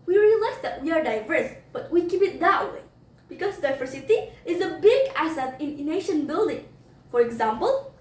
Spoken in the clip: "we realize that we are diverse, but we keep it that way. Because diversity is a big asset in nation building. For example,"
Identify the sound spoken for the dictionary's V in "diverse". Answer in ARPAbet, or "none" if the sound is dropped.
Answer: V